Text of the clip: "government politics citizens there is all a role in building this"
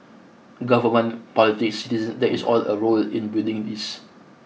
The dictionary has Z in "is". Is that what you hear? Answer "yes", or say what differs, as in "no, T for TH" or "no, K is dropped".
no, S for Z